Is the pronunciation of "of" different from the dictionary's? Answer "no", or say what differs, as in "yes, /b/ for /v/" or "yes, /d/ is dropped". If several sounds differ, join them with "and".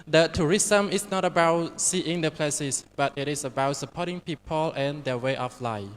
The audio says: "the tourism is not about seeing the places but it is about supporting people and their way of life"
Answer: yes, /f/ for /v/